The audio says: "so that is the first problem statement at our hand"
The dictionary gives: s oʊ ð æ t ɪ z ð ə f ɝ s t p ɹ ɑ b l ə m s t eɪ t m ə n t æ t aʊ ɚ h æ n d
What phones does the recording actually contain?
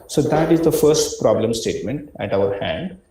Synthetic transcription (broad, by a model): s oʊ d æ t ɪ z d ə f ɝ s t p ɹ ɑ b l ə m s t eɪ t m ə n t æ t aʊ ɚ h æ n d